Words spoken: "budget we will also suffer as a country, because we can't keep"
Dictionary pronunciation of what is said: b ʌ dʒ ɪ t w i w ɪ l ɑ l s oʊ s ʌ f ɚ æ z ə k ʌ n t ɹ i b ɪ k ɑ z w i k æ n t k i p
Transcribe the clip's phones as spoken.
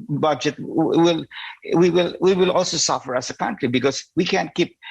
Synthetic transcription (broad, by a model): b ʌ dʒ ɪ t w i w ɪ l ɑ l s oʊ s ʌ f ɚ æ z ə k ʌ n t ɹ i b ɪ k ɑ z w i k æ n t k i p